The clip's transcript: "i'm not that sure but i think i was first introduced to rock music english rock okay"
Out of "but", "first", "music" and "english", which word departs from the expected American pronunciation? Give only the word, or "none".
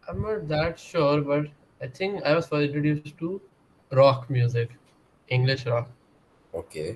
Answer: first